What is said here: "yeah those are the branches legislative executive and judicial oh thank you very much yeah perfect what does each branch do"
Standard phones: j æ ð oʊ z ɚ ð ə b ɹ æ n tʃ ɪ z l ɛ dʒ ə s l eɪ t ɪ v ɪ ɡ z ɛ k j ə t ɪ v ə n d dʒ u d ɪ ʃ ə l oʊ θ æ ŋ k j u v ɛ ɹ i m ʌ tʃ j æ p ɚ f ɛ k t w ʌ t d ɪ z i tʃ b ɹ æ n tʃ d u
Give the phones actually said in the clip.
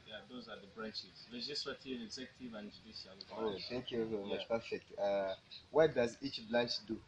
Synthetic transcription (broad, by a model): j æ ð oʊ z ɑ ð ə b ɹ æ n tʃ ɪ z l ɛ dʒ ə s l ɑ t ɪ v ɪ ɡ z ɛ k j ə t ɪ v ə n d dʒ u d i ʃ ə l oʊ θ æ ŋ k j u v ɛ i m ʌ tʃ p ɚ f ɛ k t w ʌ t d ɪ z i tʃ b l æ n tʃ d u